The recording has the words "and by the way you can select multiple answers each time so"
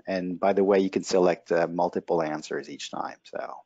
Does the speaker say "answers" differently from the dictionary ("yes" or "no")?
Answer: no